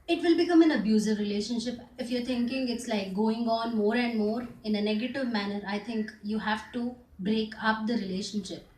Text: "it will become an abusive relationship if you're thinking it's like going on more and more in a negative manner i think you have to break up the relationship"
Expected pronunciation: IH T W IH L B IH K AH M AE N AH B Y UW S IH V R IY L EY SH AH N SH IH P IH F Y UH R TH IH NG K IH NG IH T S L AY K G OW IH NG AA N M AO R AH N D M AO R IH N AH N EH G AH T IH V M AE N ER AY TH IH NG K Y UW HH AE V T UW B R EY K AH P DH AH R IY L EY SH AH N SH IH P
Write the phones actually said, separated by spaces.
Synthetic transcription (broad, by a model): IH T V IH L B IH K AH M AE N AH B Y UW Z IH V R IY L EY SH AH N SH IH P IH F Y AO R T IH NG K IH NG IH T S L AY K G OW IH NG AA N M AO R AH N D M AO R IH N AH N EH G AH T IH V M AE N ER AY T IH NG K Y UW HH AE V T UW B R EY K AH P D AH R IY L EY SH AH N SH IH P